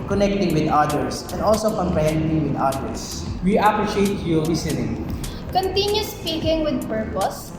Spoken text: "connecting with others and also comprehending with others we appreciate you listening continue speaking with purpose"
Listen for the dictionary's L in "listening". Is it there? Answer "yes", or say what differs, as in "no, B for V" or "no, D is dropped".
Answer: no, W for L